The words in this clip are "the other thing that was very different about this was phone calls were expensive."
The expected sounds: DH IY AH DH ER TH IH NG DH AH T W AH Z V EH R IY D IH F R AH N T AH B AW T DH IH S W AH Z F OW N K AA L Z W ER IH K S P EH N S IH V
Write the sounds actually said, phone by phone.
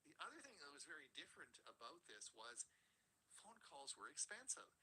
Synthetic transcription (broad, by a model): DH IY AH DH ER TH IH NG DH AH T W AH Z V EH R IY D IH F R AH N T AH B AW T DH IH S W AH Z F OW N K AA L Z W ER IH K S P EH N S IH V